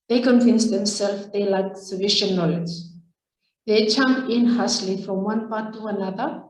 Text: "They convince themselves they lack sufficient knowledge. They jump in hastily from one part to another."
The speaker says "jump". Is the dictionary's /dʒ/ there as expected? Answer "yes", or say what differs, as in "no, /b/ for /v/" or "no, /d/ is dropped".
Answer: no, /tʃ/ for /dʒ/